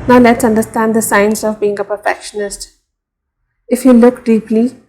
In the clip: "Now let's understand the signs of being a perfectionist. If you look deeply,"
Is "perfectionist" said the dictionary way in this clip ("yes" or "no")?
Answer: yes